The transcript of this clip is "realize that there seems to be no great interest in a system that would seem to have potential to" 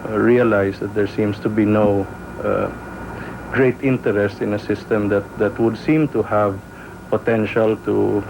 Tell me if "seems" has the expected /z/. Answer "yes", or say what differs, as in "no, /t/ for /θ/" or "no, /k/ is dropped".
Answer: no, /s/ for /z/